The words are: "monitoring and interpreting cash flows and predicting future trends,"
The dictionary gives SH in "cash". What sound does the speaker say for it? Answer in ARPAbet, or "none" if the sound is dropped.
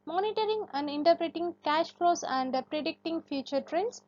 SH